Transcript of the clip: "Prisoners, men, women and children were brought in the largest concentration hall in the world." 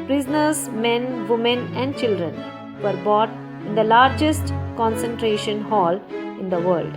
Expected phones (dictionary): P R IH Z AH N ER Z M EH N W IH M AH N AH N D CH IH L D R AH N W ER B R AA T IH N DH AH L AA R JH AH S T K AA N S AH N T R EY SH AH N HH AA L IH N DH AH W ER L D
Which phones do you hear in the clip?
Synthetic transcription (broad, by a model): P R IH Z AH N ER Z M EH N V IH M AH N AH N D CH IH L D R AH N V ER B AA T IH N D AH L AA R JH AH S T K AA N S AH N T R EY SH AH N HH AA L IH N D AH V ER L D